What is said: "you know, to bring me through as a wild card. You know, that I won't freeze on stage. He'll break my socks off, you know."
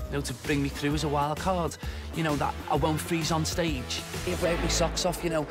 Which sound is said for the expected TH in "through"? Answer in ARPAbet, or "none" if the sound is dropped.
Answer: TH